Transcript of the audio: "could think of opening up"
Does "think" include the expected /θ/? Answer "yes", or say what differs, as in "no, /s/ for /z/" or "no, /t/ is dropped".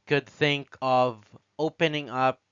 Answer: yes